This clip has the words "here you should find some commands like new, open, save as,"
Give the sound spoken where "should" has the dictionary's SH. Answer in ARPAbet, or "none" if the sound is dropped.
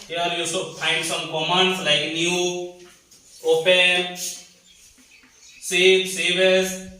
S